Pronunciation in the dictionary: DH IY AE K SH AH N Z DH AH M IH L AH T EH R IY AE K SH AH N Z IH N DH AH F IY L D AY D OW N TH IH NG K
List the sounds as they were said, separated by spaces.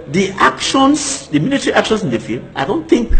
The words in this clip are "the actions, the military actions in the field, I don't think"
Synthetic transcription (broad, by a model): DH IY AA K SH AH N S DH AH M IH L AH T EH R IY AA K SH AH N S IH N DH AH F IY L AY D OW N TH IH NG K